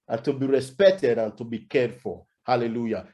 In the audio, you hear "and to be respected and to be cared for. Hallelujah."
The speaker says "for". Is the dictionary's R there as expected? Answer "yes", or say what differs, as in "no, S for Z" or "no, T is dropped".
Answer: no, L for R